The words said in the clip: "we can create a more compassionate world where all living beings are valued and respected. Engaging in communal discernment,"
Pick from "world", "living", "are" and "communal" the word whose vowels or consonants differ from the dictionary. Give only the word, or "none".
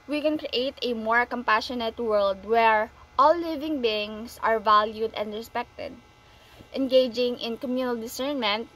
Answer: none